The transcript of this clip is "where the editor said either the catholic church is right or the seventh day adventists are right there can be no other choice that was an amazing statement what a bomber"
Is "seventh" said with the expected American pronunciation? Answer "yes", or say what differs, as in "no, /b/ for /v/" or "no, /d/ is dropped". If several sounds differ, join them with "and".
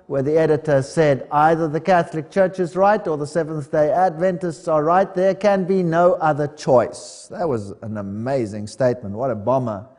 yes